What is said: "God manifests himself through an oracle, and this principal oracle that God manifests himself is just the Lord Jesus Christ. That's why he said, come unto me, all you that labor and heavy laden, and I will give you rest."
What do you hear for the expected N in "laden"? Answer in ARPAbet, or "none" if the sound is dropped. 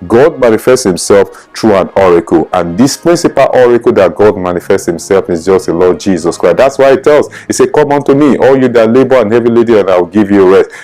none